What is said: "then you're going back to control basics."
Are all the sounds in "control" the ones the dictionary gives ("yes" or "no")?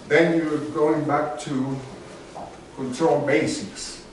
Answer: no